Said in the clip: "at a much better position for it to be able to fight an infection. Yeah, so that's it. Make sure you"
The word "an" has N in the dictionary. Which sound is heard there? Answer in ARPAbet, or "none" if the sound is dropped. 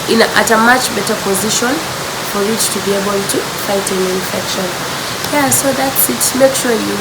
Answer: L